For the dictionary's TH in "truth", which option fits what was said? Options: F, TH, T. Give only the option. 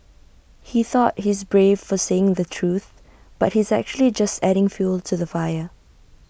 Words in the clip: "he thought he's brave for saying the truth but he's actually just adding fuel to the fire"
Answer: TH